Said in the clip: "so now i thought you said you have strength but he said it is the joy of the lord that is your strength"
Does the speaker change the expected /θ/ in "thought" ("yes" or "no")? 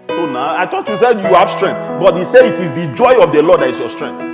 yes